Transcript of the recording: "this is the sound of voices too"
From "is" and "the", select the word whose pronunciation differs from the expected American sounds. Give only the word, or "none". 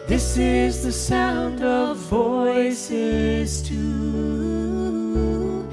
none